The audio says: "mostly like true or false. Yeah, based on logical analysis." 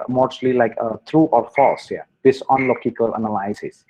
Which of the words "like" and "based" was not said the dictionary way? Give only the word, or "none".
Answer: based